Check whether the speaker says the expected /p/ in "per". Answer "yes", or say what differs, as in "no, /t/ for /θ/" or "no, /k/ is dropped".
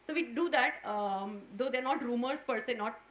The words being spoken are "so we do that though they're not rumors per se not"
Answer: yes